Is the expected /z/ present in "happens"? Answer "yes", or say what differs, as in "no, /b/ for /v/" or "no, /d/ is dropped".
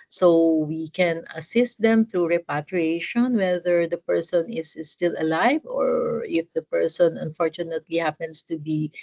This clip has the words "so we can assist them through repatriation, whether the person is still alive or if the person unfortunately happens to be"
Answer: no, /s/ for /z/